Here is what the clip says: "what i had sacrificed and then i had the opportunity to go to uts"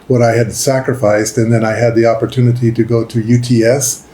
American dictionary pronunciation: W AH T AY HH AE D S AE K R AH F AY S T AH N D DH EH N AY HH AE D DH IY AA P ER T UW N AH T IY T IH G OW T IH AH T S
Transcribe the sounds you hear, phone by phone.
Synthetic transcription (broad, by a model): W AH T AY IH D S AE K R AH F AY S T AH N DH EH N AY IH D DH IY AA P ER T UW N AH T IY T IH G OW T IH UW T S